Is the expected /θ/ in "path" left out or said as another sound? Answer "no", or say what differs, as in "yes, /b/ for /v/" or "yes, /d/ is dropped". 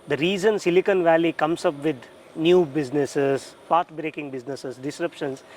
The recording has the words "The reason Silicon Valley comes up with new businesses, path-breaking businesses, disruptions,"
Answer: yes, /t/ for /θ/